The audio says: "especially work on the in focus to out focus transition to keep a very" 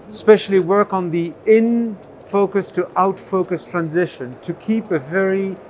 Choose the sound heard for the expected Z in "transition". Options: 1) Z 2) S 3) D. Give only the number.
1